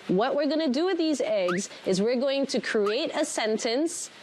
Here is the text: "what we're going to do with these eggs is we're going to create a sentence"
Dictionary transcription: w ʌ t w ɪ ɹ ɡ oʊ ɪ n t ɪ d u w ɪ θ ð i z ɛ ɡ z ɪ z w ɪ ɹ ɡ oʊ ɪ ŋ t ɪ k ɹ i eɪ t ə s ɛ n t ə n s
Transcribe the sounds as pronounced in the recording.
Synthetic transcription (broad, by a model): w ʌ t w ɪ ɹ ɡ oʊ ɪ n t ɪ d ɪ w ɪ ð i z ɛ ɡ z ɪ z w ɪ ɹ ɡ oʊ ɪ ŋ t ɪ k ɹ i eɪ t ə s ɛ n t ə n s